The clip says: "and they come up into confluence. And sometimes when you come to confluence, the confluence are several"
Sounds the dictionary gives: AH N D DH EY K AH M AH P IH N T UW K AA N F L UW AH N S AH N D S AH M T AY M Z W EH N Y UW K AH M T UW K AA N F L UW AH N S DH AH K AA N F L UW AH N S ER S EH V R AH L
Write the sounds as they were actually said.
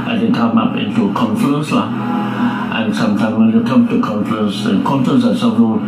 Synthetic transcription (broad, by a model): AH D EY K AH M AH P IH N T UW K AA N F UW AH N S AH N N S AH M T AY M W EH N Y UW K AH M T UW K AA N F UW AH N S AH K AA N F UW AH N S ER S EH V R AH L